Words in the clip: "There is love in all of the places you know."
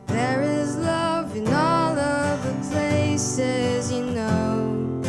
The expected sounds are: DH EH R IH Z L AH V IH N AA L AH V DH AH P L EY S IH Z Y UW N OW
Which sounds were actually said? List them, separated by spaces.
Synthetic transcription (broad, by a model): DH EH R IH Z L AH V IH N AA L AH V DH AH P L EY S IH Z Y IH N OW